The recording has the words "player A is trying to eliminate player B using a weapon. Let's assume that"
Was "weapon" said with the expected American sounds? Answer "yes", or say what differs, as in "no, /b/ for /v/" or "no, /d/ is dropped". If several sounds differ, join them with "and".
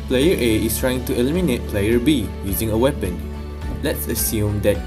yes